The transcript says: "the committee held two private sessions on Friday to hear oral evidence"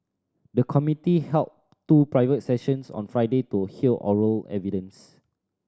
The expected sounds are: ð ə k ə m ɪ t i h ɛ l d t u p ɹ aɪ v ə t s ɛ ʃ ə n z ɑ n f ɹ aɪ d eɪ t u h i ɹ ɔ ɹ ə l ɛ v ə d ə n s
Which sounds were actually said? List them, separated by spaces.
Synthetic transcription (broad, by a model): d ə k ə m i t i h ɛ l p t u p ɹ aɪ v ə t s ɛ ʃ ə n s ɑ n f ɹ aɪ d eɪ t u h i l ɔ ɹ ə l ɛ v ə d ə n s